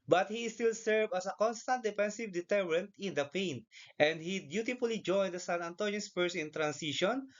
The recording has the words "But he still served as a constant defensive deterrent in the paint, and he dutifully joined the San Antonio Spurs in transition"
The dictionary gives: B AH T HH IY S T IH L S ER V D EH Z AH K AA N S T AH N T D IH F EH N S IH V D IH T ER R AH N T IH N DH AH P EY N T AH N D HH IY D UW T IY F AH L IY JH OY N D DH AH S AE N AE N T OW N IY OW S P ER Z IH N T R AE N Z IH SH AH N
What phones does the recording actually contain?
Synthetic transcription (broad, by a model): B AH T HH IY S T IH L S ER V AH S AH K AA N S T AH N T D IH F EH N S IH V D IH T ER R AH N T IH N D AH P EY N T AH N D HH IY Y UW T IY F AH L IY JH OY N D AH S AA N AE N T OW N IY S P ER S IH N T R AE N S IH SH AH N